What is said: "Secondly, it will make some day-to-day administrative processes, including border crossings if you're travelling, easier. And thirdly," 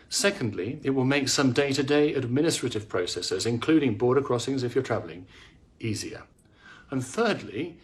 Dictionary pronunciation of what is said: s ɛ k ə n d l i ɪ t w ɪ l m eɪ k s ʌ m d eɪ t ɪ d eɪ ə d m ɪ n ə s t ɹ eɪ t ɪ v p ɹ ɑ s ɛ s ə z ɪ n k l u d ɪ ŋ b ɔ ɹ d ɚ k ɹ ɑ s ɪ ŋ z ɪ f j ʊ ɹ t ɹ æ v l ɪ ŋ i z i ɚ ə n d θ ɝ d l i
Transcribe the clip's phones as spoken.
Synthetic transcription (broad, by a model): s ɛ k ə n d l i ɪ t w ɪ l m eɪ k s ʌ m d eɪ t ɪ d eɪ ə d m ɪ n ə s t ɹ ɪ t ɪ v p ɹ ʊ s ɛ s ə z ɪ n k l u d ɪ ŋ b ɔ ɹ d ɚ k ɹ ɑ s ɪ ŋ z ɪ f j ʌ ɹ t ɹ æ v l ɪ ŋ i z i ɚ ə n θ ɝ d l i